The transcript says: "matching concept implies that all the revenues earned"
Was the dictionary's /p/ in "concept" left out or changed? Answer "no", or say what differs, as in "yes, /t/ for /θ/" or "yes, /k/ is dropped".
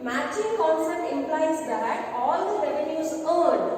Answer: yes, /p/ is dropped